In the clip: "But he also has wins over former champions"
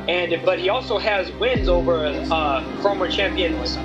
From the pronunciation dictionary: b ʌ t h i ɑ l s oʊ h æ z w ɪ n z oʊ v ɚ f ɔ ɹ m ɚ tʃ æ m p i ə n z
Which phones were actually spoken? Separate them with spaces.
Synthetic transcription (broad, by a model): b ʌ t h i ɑ l s oʊ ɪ z w ɪ n z oʊ v ɚ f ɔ m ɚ tʃ æ m p i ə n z